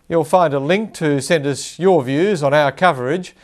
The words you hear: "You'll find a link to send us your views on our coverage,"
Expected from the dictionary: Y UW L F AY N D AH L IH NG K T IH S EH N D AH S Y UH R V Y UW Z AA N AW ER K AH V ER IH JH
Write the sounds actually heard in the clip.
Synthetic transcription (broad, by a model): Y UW L F AY N D AH L IH NG K T IH S EH N D AH S Y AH R V Y UW Z N AW ER K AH V ER IH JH